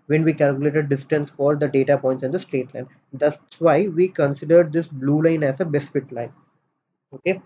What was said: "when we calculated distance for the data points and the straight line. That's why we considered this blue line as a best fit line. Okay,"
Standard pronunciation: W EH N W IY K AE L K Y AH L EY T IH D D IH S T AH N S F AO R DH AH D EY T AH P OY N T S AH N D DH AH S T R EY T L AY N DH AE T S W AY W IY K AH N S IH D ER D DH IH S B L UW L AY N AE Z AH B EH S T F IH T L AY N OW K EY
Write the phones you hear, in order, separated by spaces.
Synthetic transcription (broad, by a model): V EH N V IY K AE L K Y AH L EY T IH D D IH S T AH N S F AO R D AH D EY T AH P OY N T S AH N D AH S T R EY T L AY N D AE S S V AY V IY K AH N S IH D ER D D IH S B L UW L AY N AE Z AH B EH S F IH T L AY N OW K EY